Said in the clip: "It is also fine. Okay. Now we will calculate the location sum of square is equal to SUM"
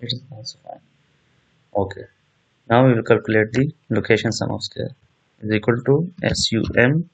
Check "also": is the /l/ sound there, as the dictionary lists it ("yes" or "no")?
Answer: no